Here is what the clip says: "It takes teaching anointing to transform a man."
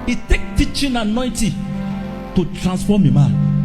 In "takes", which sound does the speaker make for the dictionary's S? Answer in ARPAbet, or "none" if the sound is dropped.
none